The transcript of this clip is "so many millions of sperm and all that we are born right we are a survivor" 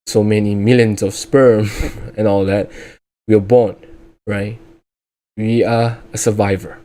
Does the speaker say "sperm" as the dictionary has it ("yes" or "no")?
yes